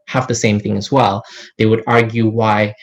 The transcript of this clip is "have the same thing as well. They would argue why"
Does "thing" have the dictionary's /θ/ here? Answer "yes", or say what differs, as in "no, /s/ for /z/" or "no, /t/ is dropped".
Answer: yes